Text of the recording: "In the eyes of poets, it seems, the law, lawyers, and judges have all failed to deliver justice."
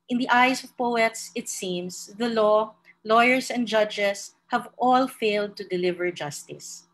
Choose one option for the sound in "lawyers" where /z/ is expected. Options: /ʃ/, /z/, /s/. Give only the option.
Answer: /s/